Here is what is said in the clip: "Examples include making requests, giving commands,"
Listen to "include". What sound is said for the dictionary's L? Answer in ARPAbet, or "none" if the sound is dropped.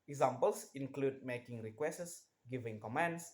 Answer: L